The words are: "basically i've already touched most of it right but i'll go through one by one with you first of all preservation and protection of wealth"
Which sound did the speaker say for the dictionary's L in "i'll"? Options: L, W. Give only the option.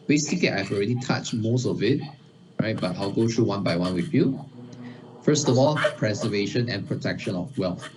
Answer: L